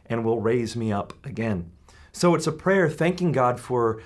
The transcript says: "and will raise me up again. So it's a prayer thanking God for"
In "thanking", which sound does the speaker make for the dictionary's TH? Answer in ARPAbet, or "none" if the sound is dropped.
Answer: TH